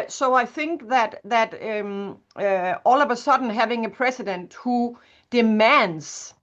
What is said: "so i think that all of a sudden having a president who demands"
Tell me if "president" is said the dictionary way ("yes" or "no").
no